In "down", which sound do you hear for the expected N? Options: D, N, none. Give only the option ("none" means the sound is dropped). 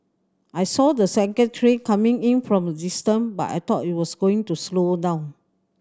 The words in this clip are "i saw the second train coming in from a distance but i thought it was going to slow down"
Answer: none